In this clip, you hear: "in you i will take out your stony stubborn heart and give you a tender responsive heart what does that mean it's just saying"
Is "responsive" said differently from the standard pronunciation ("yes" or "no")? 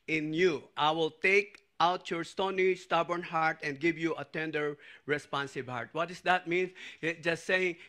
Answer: yes